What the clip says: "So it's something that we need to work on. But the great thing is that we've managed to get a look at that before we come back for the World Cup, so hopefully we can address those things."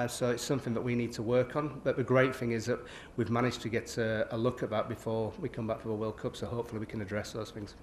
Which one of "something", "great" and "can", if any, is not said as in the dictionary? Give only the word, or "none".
none